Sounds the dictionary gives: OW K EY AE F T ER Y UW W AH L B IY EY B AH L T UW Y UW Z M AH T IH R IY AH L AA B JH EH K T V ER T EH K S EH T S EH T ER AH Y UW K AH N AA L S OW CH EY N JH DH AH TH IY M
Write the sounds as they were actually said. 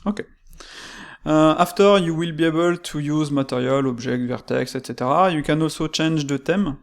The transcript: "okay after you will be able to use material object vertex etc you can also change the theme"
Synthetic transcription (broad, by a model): OW K EY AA F T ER Y UW W AH L B IY EY B AH L T UW Y UW Z M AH T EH R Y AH L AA B ZH EH K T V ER T EH K S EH T S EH T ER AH Y UW K AH N AA L S OW CH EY N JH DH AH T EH M